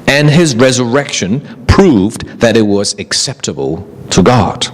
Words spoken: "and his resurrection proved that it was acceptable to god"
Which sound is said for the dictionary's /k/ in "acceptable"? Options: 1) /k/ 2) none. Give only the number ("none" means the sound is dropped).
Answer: 1